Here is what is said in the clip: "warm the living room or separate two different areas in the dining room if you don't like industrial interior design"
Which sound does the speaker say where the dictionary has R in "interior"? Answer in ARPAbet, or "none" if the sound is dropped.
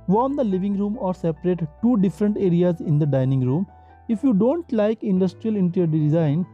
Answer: none